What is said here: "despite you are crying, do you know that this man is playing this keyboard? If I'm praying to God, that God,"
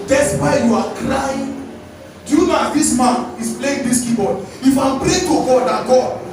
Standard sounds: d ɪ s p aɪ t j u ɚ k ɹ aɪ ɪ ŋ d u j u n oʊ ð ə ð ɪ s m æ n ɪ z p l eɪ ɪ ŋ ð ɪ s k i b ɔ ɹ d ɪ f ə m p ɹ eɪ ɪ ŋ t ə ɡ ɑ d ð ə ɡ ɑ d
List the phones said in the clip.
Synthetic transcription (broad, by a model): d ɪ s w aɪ j u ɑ k l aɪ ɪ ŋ d u j u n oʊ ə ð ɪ s m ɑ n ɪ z p l eɪ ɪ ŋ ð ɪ s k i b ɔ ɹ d ɪ f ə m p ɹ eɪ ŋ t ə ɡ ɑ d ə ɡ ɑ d